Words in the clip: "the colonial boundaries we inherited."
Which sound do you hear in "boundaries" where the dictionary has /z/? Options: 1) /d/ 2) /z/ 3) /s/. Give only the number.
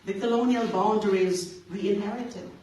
2